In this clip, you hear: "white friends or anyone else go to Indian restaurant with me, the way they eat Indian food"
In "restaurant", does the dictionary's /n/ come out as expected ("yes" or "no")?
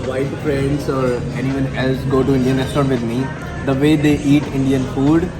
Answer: no